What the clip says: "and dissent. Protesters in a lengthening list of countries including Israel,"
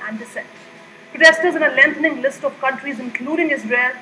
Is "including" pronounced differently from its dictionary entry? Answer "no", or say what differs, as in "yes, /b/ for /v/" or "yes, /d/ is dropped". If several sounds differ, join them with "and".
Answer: no